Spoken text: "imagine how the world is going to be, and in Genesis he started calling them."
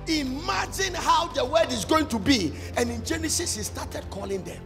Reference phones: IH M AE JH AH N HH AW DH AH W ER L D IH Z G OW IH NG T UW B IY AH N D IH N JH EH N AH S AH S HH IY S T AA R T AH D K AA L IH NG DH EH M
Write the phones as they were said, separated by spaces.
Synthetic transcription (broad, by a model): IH M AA JH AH N HH AW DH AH W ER D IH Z G OW IH NG T UW B IY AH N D IH N JH EH N AH S AH S HH IY S T AA T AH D K AA L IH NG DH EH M